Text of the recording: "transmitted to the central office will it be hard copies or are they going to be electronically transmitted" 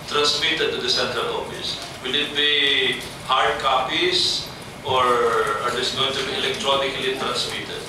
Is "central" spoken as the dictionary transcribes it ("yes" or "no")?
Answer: no